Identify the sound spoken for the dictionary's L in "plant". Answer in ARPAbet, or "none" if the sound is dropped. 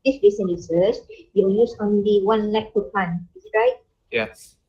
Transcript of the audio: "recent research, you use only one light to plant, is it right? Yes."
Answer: none